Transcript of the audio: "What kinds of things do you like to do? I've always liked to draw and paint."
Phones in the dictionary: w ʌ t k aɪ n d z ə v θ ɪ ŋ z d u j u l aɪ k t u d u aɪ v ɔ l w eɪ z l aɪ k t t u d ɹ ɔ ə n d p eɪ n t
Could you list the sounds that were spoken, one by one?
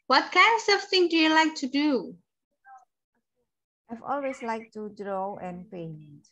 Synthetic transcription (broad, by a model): w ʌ t k aɪ n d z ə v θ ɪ ŋ d u j u l aɪ k t u d u aɪ v ɔ l w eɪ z l aɪ k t t u d ɹ ɔ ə n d p eɪ n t